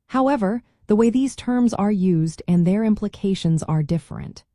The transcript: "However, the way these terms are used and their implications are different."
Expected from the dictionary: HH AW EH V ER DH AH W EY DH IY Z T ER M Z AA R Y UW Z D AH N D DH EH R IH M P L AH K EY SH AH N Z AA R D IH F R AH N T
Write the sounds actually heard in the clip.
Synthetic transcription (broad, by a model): HH AW EH V ER DH AH W EY DH IY Z T ER M Z AA R Y UW Z D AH N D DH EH R IH M P L AH K EY SH AH N Z AA R D IH F R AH N T